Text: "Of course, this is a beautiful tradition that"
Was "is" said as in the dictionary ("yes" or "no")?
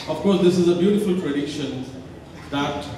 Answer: yes